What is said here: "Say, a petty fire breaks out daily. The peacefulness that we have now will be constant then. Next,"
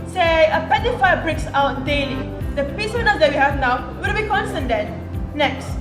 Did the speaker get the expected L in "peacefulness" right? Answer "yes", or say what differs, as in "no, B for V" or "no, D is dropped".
no, L is dropped